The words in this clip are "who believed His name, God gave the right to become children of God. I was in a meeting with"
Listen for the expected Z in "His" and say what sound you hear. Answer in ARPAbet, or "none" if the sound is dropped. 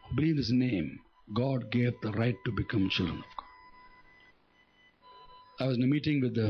S